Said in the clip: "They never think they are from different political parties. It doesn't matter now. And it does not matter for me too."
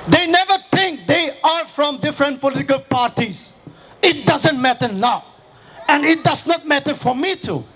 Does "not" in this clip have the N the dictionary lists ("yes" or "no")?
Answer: yes